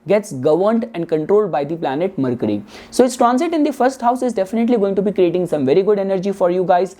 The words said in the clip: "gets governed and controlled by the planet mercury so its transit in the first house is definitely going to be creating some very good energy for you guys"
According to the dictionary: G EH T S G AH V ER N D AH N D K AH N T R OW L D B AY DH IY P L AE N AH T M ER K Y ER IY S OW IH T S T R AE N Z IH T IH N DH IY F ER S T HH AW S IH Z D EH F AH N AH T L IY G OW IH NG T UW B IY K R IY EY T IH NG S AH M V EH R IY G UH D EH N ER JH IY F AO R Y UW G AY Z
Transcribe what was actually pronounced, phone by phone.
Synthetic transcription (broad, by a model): G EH T S G AH V ER N D AH N D K AH N T R OW L D B AY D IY P L AE N AH T M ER K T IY S OW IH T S T R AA N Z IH T IH N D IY F ER S T HH AW S IH Z D EH F AH N AH T L IY G OW IH NG T UW B IY K R IY EY T IH NG S AH M V EH R IY G UH D EH N ER JH IY F AO R Y UW G AY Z